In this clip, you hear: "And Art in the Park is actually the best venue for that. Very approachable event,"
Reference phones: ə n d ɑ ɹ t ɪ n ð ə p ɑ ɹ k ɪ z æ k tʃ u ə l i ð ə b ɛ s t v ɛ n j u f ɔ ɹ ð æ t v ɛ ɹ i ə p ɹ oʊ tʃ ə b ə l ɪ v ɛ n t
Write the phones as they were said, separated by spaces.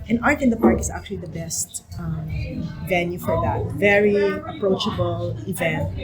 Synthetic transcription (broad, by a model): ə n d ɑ ɹ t ɪ n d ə p ɑ ɹ k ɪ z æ k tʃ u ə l i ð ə b ɛ s t v ɛ n j u f ɔ ɹ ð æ t v ɛ ɹ i ə p ɹ oʊ tʃ ə b ə l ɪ v ɛ n t